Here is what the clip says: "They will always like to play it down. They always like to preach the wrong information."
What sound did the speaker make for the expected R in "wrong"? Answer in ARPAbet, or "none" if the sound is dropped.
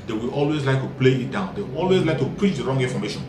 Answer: R